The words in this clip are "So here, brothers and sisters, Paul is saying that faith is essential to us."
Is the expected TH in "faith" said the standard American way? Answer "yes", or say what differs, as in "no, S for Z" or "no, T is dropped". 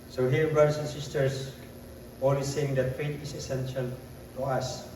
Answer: no, T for TH